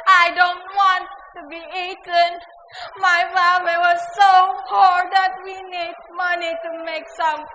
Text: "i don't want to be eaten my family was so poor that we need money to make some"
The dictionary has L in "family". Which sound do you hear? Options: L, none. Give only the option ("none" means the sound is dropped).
none